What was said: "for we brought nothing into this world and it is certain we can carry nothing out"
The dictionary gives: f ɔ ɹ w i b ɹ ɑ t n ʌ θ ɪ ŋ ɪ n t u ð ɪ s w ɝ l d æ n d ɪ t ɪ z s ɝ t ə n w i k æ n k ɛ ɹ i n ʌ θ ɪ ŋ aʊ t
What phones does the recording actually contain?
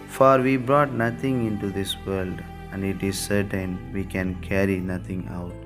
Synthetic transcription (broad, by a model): f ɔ ɹ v i b ɹ ɑ t n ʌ t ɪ ŋ ɪ n t u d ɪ s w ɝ l d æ n d ɪ t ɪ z s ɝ t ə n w i k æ n k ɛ ɹ i n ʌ t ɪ ŋ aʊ t